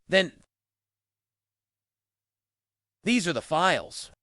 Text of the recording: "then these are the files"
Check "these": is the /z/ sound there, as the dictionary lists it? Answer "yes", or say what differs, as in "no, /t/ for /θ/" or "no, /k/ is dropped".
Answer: yes